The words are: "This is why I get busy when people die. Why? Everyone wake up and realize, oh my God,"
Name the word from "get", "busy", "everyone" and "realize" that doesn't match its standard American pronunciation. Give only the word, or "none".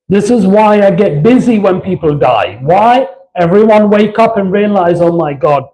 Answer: none